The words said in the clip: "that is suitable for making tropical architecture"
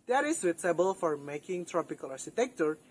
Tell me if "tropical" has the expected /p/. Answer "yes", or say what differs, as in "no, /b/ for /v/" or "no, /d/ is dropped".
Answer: yes